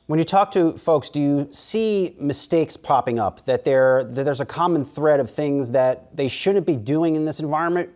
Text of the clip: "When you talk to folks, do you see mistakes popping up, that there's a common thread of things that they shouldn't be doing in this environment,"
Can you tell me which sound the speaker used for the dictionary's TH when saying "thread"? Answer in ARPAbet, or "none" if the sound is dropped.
TH